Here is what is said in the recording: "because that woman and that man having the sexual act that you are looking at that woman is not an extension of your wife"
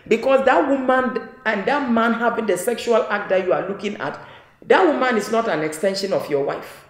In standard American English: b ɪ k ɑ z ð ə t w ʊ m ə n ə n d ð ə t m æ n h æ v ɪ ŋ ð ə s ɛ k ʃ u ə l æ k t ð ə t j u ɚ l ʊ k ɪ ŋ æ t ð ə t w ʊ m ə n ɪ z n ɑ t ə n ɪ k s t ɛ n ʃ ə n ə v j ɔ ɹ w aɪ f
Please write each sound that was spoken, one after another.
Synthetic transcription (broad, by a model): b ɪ k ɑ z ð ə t w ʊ m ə n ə n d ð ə t m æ n h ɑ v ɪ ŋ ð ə s ɛ k ʃ u ə l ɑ k t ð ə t j u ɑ l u k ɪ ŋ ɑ t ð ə t w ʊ m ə n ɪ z n ɑ t ə n ɪ k s t ɛ n ʃ ə n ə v j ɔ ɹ w aɪ f